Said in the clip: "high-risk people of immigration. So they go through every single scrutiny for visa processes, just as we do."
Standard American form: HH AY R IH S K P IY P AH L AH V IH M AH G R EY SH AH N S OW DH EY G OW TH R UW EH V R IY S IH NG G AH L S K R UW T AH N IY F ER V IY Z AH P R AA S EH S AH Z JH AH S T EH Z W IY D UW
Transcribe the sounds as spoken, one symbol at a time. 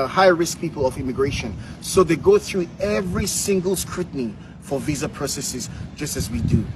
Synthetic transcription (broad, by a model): HH AY R IH S K P IY P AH L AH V IH M AH G R EY SH AH N S OW DH EY G OW TH R UW EH V R IY S IH NG G AH L S K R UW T N IY F ER V IY Z AH P R AA S EH S AH Z JH AH S T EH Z W IY D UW